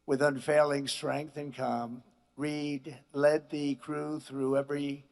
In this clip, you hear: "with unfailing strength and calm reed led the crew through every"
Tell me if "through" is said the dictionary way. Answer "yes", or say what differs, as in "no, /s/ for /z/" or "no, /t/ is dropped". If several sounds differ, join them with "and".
yes